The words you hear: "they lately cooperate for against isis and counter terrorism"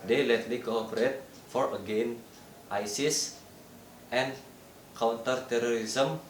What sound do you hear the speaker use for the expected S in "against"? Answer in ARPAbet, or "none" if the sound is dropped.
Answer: none